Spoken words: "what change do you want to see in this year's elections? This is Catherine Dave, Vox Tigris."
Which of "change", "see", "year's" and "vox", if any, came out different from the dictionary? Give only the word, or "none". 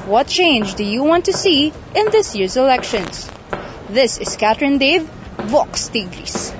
none